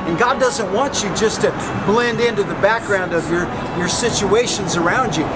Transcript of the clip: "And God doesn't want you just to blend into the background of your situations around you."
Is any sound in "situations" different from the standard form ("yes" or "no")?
no